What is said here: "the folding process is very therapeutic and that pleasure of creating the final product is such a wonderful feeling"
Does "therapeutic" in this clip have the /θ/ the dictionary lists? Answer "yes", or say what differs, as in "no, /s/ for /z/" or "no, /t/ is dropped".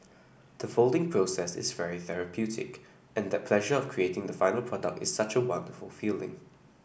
yes